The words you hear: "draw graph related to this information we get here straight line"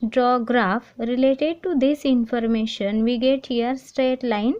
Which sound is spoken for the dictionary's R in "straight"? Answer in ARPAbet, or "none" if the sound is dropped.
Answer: R